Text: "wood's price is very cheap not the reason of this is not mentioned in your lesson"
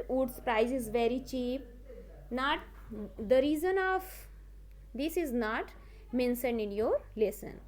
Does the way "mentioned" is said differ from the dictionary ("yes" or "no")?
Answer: yes